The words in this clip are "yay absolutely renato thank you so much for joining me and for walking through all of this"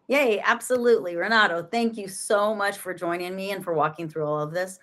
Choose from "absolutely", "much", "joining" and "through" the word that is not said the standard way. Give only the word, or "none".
none